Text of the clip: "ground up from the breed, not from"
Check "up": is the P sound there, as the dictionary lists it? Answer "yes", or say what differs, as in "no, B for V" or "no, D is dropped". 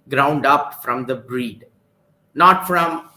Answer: yes